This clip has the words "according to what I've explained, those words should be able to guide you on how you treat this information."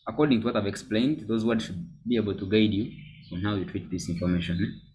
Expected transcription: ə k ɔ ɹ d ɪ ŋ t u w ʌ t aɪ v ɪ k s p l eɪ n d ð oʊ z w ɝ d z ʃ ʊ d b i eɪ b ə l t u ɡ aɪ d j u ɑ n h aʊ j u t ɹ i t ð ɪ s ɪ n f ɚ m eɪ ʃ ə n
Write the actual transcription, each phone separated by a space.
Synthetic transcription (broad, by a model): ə k ɔ ɹ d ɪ ŋ t u w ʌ t aɪ v ɪ k s p l eɪ n d ð oʊ z w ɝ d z ʃ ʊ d b i eɪ b ə l t u ɡ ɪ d j u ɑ n h aʊ j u t ɹ i t ð ɪ s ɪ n f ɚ m eɪ ʃ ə n